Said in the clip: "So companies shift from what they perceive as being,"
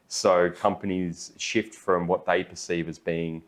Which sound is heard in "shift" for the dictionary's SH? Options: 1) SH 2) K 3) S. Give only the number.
1